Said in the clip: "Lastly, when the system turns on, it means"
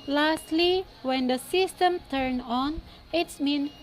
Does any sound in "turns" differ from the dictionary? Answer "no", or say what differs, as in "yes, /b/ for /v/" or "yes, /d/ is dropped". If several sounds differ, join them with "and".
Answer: yes, /z/ is dropped